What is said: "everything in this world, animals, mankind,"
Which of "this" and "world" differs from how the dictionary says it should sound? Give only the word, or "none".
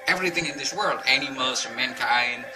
none